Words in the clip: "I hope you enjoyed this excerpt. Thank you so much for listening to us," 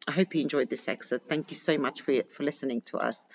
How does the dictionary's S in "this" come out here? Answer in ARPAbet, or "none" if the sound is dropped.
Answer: S